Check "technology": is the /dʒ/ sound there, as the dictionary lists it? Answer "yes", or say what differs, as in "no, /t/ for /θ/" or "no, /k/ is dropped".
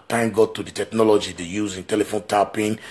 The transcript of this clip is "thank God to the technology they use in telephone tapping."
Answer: yes